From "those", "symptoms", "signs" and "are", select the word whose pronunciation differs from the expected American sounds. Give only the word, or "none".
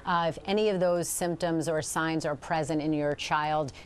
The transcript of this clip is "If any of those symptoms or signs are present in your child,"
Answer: none